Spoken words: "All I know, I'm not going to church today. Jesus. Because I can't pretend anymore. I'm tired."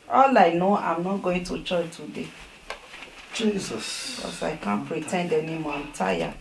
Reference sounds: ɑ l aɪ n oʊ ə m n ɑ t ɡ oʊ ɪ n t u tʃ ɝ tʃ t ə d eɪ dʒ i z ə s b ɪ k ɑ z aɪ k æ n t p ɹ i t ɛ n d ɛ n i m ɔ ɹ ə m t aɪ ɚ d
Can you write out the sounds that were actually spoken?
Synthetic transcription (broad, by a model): ɑ l aɪ n oʊ ə m n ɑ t ɡ oʊ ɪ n t u tʃ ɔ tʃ t ə d eɪ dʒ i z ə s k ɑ s aɪ k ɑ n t p ɹ i t ɛ n d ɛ n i m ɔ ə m t aɪ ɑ